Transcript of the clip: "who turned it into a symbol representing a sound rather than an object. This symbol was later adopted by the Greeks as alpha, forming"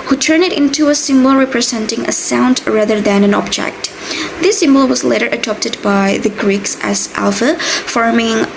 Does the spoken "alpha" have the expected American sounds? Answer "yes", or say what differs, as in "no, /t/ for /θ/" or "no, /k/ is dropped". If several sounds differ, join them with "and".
yes